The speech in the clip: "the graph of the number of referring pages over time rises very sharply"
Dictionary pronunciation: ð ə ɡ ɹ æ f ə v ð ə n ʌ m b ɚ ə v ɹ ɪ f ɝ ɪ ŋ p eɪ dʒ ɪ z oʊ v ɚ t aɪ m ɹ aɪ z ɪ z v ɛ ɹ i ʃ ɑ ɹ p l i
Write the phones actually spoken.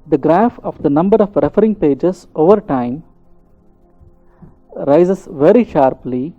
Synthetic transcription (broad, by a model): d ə ɡ ɹ æ f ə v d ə n ʌ m b ɚ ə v ɹ ɪ f ɝ ɪ ŋ p eɪ dʒ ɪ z oʊ v ɚ t aɪ m ɹ aɪ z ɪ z v ɛ ɹ i ʃ ɑ ɹ p l i